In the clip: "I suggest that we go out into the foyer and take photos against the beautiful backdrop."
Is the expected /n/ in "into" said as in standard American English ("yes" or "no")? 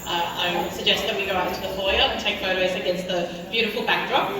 no